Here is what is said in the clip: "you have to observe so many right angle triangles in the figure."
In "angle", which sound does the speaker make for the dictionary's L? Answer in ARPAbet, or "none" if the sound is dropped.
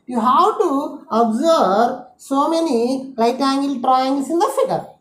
L